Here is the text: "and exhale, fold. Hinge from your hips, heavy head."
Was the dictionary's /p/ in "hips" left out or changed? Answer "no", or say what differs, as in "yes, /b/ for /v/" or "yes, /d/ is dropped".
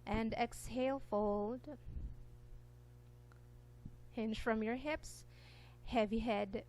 no